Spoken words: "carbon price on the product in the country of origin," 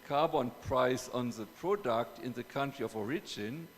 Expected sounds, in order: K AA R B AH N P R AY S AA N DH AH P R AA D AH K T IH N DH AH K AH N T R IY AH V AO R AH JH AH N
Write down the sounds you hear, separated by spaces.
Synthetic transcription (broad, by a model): K AA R B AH N P R AY S AA N DH AH P R AA D AH K T IH N DH AH K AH N T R IY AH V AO R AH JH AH N